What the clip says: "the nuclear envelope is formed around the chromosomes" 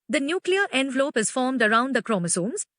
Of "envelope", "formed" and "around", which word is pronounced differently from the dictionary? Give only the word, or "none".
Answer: none